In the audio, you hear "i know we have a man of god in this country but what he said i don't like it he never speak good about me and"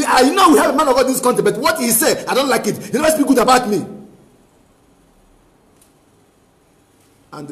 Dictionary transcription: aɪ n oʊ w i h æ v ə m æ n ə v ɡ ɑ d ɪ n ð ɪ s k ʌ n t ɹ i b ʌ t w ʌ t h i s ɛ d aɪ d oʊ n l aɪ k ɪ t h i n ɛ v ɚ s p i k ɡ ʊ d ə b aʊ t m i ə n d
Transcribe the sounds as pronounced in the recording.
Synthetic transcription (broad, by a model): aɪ n oʊ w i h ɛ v ə m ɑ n ə v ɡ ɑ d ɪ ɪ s k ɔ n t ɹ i b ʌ t w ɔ t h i s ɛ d aɪ d oʊ n l aɪ k ɪ t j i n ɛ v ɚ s b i ɡ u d ə b aʊ t m i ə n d